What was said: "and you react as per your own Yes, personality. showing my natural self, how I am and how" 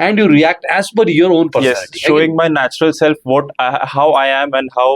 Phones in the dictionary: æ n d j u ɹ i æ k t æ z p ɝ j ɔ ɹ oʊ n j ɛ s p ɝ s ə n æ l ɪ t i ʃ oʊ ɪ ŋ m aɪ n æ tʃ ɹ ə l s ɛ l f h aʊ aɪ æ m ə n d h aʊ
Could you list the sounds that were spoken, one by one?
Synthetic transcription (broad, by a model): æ n d j u ɹ i æ k t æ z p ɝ j ɔ ɹ oʊ n p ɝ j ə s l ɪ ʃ ʃ oʊ ɪ ŋ m aɪ n æ tʃ ɹ ə l s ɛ l f h aʊ aɪ æ m ə n d h aʊ